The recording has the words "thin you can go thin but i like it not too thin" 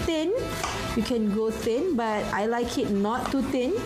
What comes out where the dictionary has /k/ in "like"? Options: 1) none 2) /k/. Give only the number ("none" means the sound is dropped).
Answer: 2